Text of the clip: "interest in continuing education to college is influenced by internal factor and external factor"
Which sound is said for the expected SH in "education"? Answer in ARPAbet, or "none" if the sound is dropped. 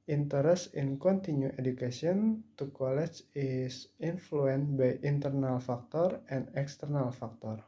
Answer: S